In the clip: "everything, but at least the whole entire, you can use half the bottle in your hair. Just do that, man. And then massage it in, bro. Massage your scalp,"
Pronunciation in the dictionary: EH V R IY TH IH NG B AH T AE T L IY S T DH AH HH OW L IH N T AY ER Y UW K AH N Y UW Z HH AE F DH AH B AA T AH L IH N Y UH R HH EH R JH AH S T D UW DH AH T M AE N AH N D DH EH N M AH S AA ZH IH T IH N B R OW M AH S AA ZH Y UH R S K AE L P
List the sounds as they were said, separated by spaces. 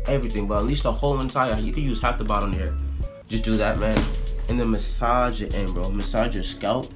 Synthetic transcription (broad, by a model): EH V R IY TH IH NG B AH T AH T L IY S T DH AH HH OW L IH N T AY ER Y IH K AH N Y UW Z HH AE F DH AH B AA T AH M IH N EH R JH AH S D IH DH AH T M AE N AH N DH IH M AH S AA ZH IH T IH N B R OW M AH S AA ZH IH S K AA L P